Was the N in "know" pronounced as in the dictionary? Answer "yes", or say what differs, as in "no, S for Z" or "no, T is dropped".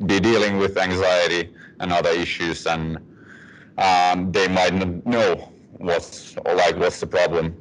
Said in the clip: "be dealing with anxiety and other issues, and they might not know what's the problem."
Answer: no, L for N